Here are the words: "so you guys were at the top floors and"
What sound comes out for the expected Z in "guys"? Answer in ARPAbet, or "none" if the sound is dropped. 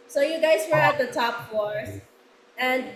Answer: Z